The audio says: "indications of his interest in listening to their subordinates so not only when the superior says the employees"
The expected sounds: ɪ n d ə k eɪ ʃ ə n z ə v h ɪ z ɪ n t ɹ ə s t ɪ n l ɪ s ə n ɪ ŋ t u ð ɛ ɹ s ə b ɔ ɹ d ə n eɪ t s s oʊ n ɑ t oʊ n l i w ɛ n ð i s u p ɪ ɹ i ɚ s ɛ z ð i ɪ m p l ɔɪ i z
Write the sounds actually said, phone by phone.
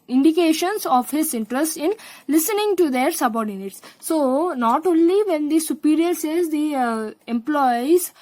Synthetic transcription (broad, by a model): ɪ n d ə k eɪ ʃ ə n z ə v h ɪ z ɪ n t ɹ ə s t ɪ n l ɪ s ə n ɪ ŋ t u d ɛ ɹ s ə b ɔ ɹ d ə n eɪ t s s oʊ n ɑ t oʊ n l i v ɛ n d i s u p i ɹ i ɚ s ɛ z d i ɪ m p l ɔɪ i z